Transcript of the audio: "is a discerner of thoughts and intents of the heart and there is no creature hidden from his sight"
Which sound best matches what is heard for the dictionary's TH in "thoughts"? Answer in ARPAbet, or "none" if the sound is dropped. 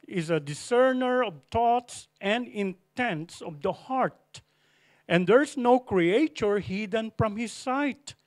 T